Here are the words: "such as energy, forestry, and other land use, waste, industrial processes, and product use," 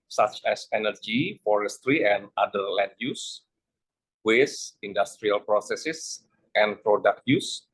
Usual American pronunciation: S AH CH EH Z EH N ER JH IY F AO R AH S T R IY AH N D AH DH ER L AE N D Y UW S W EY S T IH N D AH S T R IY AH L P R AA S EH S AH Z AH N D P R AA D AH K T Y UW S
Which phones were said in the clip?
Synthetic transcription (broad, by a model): S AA CH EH S EH N ER JH IY F AO R AH S T R IY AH N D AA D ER L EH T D Y UW S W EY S IH N D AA S T R IY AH L P R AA S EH S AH S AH N P R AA D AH K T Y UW S